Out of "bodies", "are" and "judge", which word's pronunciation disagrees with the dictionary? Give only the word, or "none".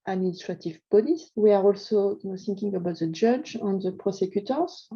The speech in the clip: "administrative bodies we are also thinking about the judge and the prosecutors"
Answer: bodies